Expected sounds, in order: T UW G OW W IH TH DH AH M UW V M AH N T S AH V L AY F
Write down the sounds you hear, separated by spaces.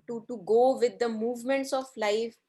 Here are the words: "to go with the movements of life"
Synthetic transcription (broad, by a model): T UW G OW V IH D AH M UW V M AH N T S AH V L AY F